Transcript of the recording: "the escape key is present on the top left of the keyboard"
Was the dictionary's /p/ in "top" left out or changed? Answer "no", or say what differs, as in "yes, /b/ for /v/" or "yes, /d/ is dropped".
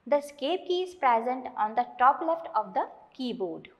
no